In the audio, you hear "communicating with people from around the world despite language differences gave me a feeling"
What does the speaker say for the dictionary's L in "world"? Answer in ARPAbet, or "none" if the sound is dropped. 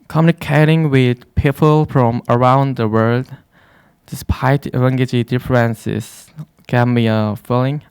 L